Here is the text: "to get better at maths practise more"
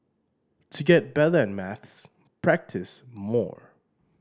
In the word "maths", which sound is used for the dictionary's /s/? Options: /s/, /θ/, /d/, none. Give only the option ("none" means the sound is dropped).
/s/